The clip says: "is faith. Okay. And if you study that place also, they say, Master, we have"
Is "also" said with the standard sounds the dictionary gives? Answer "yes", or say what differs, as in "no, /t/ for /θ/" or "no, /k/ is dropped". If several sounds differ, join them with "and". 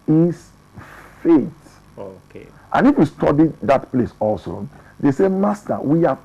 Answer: yes